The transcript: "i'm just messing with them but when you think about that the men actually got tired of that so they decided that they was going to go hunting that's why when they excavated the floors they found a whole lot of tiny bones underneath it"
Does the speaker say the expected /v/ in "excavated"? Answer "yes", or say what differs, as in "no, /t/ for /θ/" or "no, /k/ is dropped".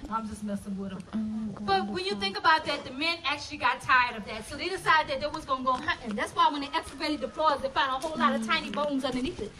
no, /b/ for /v/